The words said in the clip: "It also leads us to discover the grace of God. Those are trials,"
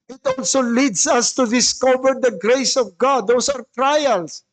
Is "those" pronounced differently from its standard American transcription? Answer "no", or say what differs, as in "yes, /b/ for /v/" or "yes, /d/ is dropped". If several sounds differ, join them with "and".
yes, /s/ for /z/